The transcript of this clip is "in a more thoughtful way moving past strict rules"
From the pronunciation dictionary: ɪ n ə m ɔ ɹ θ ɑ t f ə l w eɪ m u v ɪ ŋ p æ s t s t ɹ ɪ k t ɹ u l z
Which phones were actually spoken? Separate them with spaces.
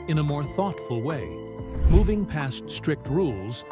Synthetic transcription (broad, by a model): ɪ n ə m ɔ ɹ θ ɑ t f ə l w eɪ m u v ɪ ŋ p æ s t s t ɹ ɪ k t ɹ u l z